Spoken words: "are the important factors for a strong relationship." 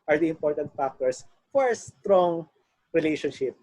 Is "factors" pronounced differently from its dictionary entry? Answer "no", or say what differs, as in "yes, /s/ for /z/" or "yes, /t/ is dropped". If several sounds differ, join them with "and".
yes, /s/ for /z/